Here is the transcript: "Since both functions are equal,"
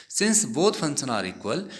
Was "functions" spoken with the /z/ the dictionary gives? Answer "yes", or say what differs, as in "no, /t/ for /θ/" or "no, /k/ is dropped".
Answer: no, /z/ is dropped